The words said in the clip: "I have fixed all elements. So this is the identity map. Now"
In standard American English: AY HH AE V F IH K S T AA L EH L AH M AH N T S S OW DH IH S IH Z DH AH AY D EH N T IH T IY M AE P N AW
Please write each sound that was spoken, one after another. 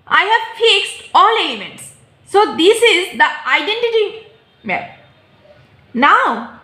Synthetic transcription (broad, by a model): AY HH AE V F IH K S T AA L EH L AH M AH N T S S OW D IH S IH Z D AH AY D EH N T IH T IY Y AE N AW